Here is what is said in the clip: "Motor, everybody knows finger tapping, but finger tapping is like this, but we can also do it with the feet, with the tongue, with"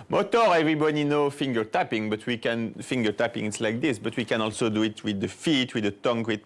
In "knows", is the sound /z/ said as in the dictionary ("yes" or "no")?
no